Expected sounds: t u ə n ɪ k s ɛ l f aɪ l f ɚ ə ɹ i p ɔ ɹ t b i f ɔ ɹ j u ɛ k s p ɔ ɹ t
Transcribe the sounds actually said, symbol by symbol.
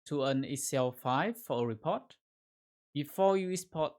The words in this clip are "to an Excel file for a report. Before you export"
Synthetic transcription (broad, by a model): t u ə n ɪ s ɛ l f aɪ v f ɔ ə ɹ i p ɔ t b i f ɔ j u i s p ɔ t